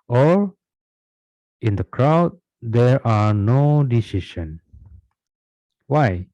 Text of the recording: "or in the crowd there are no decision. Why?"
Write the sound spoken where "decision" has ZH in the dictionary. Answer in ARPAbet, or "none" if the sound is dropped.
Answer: SH